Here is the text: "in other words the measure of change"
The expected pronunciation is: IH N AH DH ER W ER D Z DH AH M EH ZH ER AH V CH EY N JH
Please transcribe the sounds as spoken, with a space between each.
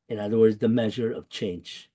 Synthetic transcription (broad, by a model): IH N AH DH ER W ER D Z DH AH M EH ZH ER AH V CH EY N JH